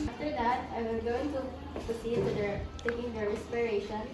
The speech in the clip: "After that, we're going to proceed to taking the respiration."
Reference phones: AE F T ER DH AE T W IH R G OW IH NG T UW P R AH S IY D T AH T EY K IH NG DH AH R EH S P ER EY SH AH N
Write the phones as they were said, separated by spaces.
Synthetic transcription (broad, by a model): F T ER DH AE T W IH L G OW IH NG T UW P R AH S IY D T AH T EY K IH NG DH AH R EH S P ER EY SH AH N